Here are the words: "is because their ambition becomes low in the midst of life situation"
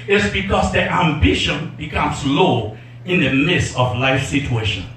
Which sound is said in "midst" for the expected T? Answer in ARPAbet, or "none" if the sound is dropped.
none